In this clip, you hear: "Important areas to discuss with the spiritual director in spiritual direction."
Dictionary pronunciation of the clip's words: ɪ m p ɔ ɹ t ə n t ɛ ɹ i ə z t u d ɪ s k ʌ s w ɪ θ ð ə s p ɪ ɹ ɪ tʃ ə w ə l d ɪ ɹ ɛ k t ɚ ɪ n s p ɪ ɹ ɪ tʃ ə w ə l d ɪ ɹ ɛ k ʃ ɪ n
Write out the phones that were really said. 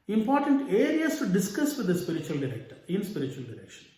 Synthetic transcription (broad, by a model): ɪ m p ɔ ɹ t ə n t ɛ ɹ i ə s t u d ɪ s k ʌ s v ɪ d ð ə s p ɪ ɹ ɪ tʃ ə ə l d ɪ ɹ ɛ k t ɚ ɪ n s p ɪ ɹ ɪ tʃ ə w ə l d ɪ ɹ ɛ k ʃ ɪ n